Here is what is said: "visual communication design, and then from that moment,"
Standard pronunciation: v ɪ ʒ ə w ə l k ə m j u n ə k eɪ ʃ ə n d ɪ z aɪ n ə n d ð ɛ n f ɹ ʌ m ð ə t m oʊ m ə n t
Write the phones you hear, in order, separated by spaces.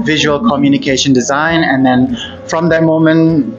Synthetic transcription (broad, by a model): v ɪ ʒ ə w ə l k ə m j u n ə k eɪ ʃ ə n d ɪ z aɪ n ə n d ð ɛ n f ɹ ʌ m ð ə t m oʊ m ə n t